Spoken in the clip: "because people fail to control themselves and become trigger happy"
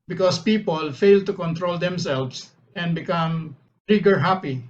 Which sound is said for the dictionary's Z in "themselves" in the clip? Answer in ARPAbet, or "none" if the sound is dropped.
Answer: S